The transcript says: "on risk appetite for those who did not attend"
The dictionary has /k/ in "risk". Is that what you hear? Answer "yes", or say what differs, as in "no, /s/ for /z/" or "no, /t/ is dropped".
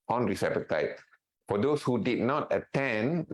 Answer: no, /k/ is dropped